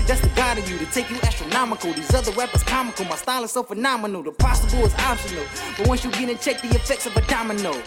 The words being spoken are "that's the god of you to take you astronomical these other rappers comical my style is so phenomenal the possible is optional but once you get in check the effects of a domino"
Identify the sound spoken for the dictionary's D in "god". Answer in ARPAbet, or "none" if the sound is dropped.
D